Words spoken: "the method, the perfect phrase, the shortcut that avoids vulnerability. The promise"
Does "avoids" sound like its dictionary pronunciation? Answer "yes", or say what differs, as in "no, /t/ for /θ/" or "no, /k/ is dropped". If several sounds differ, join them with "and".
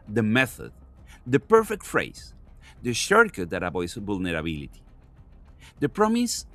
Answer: no, /b/ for /v/